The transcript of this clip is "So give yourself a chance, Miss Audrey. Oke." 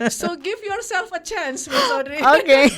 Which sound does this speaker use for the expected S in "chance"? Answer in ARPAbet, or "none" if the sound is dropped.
S